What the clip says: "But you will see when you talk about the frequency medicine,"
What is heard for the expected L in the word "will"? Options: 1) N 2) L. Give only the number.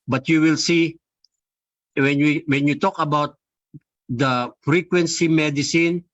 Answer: 2